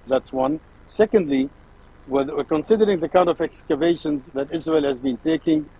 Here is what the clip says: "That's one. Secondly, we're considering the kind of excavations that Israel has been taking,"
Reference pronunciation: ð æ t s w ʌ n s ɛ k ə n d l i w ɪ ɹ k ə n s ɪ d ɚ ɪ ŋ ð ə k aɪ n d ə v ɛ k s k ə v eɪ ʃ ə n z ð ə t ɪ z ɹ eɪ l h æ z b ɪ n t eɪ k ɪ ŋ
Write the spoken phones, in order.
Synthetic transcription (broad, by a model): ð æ t s w ʌ n s ɛ k ə n d l i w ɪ w k ə n s ɪ d ɚ ɪ ŋ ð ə k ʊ n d ə v ɛ k s k ə v eɪ ʃ ə n z ð ə t ɪ z ɹ eɪ l h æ z b ɪ n t eɪ k ɪ ŋ